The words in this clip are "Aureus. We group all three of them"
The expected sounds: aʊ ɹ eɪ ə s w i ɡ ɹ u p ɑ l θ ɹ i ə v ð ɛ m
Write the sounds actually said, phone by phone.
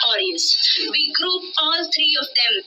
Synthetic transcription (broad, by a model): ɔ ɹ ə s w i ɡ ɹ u f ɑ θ ɹ i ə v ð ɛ m